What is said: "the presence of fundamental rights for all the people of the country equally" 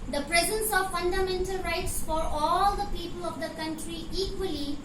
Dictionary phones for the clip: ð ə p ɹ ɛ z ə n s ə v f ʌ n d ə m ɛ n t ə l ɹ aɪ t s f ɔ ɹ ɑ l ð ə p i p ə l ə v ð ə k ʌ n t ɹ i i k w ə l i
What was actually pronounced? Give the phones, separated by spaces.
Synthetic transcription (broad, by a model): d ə p ɹ ɛ z ə n s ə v f ʌ n d ə m ɛ n t ə l ɹ aɪ t s f ɔ ɹ ɑ l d ə p i p ə l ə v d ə k ʌ n t ɹ i i k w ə l i